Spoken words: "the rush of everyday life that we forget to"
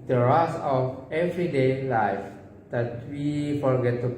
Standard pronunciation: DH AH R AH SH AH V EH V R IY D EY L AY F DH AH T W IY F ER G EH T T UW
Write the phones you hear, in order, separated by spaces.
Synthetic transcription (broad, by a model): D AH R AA S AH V EH V R IY D EY L AY F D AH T W IY F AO G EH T T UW